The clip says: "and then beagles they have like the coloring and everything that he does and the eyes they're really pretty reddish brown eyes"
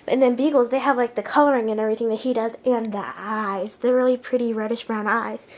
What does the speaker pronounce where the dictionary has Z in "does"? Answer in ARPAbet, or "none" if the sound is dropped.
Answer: Z